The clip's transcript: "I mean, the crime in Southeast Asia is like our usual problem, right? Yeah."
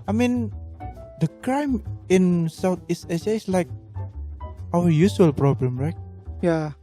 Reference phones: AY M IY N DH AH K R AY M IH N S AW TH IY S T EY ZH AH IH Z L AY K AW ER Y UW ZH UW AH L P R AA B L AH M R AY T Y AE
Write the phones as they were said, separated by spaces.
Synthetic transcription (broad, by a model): AY M IY N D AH K R AY M IH N S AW T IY S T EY S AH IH S L AY K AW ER Y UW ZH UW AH L P R AA B L AH M R AY T Y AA